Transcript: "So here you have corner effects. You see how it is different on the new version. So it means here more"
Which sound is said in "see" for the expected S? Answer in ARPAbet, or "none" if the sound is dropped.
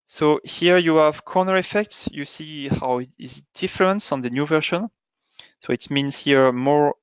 S